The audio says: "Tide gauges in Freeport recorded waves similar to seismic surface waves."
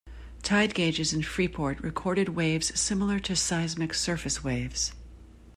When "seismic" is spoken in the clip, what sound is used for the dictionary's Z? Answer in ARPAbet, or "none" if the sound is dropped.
Z